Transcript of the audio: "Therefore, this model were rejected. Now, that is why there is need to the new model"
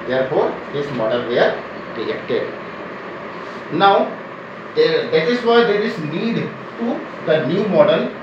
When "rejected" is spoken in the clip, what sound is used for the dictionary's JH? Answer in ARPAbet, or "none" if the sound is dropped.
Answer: none